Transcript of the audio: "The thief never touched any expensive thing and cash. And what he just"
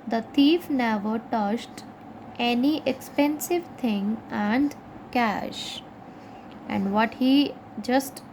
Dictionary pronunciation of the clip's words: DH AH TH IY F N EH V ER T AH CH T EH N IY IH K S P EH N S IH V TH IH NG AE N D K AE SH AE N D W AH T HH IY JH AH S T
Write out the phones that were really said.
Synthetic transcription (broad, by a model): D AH T IY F N EH V ER T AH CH T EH N IY IH K S P EH N S IH V T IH NG AE N D K AE SH AE N D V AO T HH IY JH AH S T